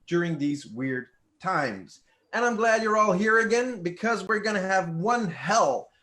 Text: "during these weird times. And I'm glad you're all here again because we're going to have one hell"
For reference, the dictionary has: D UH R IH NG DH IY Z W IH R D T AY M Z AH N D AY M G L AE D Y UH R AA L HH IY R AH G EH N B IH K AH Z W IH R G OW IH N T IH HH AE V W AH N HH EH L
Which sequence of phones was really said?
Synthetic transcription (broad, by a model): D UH R IH NG DH IY Z W IH R D T AY M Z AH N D AY M G L AE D Y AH R AA L HH IY R AH G EH N B IH K AH Z W IH R G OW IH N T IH V W AH N HH EH L